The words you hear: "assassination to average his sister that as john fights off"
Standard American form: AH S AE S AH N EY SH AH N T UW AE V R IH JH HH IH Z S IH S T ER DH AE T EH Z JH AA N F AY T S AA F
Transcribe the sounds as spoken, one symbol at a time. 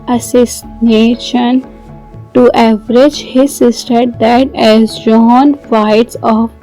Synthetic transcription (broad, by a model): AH S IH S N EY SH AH N T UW AE V R IH JH HH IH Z S IH S T ER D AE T EH Z JH AA N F AY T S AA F